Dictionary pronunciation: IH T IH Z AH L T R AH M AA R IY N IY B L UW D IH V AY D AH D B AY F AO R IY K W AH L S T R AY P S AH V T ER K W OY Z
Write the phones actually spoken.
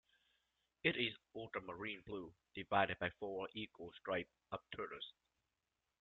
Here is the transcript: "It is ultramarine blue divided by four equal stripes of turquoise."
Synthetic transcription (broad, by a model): IH T IH Z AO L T AH M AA R IY N B L UW D IH V AY D AH D B AY F AO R IY K W AH L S T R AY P AH P T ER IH S